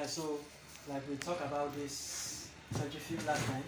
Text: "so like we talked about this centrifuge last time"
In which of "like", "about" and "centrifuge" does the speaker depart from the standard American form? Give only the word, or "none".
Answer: centrifuge